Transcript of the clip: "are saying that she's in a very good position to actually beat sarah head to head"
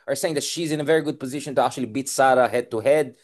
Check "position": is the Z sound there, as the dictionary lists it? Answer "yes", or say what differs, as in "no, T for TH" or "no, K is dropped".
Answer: yes